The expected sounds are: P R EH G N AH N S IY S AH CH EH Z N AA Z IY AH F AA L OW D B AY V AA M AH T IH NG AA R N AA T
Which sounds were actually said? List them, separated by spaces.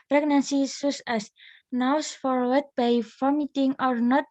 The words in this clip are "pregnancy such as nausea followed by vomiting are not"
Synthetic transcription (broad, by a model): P R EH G N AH N S IY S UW S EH S N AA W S F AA W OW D B AY F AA M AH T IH NG AA R N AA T